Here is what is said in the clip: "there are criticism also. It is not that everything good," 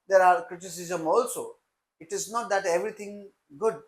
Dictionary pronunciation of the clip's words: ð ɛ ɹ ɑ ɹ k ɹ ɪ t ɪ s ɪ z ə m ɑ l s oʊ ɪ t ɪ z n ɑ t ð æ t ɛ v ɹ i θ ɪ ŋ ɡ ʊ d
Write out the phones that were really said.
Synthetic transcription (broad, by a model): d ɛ ɹ ɑ ɹ k ɹ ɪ t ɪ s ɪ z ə m ɑ l s oʊ ɪ t ɪ z n ɑ t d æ t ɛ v ɹ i t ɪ ŋ ɡ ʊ d